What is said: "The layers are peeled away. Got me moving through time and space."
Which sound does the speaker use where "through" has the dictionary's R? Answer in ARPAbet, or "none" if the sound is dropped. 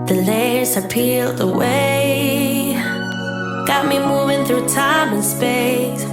R